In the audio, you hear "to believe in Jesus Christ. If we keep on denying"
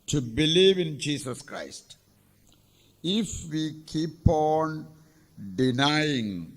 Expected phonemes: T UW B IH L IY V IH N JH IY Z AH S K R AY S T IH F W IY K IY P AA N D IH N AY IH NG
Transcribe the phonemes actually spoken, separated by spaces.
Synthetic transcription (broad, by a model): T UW B IH L IY V IH N JH IY S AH S K R AY S T IH F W IY K IY P AA N D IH N AY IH NG